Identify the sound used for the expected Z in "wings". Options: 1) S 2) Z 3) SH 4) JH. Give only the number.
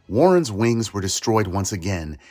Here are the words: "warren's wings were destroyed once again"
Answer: 2